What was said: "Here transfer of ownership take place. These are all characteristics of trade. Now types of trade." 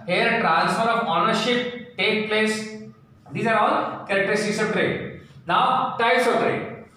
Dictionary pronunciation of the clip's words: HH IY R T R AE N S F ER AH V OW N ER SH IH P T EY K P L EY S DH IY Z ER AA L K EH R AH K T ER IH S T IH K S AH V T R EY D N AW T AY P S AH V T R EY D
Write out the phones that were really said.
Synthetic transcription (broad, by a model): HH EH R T R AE N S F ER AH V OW N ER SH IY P T EY K P L EY S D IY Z ER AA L K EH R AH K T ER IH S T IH S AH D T R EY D N AW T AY S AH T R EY